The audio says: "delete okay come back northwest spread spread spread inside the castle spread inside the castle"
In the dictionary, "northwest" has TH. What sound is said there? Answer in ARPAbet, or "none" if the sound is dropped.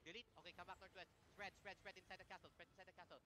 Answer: T